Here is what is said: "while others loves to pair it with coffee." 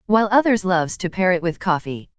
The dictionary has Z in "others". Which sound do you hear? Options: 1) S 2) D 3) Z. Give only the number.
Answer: 3